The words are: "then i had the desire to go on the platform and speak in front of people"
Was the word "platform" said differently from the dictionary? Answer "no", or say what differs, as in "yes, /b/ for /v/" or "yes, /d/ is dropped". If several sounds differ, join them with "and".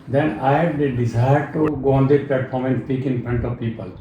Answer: yes, /l/ is dropped